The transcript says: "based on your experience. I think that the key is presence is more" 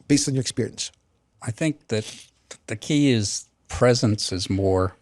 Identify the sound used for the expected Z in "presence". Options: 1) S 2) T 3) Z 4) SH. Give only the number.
3